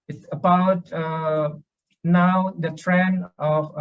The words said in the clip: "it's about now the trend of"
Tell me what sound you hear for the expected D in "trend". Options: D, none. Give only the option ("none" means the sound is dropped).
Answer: none